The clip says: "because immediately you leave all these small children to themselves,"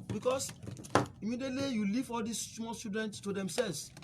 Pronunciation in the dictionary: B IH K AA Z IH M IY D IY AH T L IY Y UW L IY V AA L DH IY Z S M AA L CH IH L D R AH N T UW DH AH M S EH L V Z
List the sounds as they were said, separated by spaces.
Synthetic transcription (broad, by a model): B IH K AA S IH M IY D IY AH T L IY Y UW L IY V AA L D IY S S M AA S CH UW D AH N T UW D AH M S EH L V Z